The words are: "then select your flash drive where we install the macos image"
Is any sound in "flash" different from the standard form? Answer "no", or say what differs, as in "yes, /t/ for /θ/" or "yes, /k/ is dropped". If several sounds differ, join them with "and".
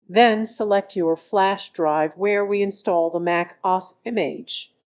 no